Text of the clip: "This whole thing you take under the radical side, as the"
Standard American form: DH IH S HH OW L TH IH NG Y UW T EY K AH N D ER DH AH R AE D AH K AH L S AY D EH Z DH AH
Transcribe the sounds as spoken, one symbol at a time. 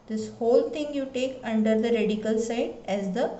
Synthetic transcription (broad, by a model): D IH S HH OW L T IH NG Y UW T EY K AH N D ER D AH R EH D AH K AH L S AY D EH Z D AH